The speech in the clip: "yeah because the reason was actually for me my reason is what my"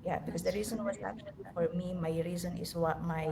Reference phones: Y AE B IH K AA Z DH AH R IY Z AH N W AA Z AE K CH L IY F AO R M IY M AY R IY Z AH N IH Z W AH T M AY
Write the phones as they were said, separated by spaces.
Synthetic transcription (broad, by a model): Y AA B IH K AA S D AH R IY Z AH N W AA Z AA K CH IY F AO R M IY M AY R IY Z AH N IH S W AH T M AY